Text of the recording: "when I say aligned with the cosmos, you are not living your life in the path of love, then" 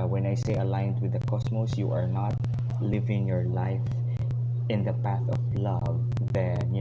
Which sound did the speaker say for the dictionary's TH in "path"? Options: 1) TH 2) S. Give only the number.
1